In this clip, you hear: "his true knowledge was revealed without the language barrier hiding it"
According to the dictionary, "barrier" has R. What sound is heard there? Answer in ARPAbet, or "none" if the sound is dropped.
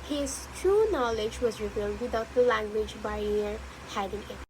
none